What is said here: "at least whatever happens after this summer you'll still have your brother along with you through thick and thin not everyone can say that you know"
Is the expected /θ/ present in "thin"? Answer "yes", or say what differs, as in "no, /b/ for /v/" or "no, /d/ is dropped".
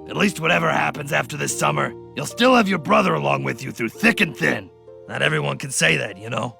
yes